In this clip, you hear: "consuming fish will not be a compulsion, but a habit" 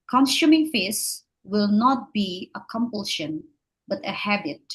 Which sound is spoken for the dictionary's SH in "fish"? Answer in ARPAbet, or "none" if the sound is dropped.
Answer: S